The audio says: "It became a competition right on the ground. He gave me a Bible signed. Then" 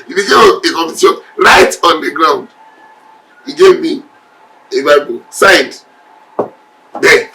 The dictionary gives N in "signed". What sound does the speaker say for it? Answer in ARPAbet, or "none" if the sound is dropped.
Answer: none